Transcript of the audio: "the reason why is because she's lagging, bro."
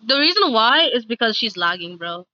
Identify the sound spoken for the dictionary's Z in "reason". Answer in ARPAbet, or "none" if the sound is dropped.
Z